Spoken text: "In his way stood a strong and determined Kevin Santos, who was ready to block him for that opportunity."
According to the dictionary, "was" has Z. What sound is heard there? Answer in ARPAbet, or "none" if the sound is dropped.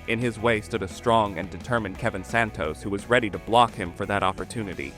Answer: Z